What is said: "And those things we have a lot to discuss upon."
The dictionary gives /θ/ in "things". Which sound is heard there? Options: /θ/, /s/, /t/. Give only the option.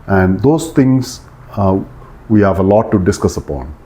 /t/